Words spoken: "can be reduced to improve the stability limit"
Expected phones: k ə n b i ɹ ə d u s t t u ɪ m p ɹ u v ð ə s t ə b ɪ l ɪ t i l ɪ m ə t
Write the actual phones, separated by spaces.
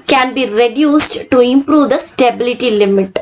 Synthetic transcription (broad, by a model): k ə n b i ɹ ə d u s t t u ɪ m p ɹ u v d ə s t ə b ɪ l ɪ t i l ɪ m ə t